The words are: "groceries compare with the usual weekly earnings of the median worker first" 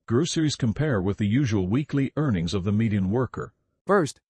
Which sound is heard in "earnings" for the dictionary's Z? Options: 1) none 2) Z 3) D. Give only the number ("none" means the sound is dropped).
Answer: 2